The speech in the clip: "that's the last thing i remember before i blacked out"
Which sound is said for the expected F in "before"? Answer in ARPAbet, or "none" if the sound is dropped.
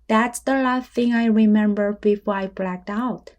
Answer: F